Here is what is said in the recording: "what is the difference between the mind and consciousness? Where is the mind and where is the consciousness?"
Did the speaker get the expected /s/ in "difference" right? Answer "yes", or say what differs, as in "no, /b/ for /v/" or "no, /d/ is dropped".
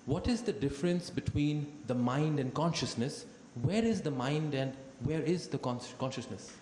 yes